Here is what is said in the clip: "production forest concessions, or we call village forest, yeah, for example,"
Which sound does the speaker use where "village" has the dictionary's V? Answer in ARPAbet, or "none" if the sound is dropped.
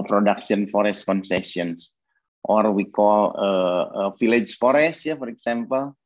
F